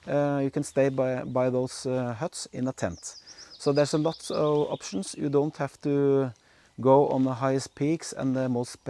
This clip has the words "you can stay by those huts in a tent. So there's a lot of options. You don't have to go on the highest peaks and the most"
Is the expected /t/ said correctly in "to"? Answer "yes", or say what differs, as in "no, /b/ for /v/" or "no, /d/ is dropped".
yes